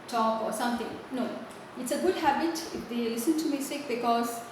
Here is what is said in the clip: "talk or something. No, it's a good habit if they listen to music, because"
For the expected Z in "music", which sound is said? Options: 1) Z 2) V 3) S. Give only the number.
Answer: 3